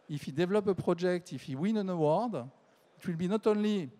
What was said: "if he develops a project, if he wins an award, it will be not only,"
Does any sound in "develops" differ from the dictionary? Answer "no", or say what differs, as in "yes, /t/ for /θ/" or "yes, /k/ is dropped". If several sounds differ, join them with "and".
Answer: yes, /s/ is dropped